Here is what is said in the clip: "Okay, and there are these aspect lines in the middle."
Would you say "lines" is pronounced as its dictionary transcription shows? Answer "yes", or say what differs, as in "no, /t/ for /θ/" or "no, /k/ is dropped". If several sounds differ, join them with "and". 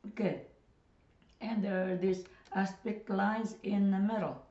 no, /n/ is dropped